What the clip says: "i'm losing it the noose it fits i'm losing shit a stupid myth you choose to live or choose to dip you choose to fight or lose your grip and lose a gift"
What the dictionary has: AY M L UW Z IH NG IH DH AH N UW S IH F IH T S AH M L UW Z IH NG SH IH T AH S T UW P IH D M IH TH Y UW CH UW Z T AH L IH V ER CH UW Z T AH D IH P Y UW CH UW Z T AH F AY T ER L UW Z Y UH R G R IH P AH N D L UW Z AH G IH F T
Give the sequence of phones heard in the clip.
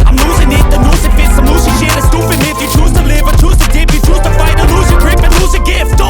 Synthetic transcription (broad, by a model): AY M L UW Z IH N IH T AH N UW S IH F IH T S AH M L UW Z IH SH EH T AH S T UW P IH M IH F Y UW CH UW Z T AH L IH V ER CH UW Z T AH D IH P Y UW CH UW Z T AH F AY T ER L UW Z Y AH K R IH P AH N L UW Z AH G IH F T